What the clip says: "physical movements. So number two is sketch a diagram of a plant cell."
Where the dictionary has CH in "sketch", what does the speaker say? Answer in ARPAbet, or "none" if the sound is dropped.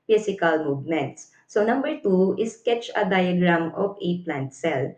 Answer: CH